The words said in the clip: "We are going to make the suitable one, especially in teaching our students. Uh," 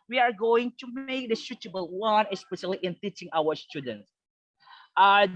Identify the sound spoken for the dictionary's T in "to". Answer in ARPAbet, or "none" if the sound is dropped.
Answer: T